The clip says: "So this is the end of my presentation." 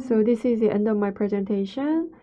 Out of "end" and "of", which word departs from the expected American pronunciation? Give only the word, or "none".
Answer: of